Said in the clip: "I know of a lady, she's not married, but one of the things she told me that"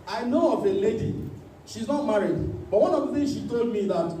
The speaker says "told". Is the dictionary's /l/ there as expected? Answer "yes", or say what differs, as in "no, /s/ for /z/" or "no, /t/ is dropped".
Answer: yes